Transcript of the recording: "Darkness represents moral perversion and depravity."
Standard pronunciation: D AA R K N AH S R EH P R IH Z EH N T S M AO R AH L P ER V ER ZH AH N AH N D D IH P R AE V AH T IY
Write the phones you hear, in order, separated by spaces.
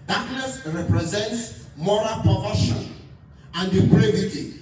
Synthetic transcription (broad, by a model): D AA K N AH S R EH P R IH Z EH N T S M AO R AH L P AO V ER SH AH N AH N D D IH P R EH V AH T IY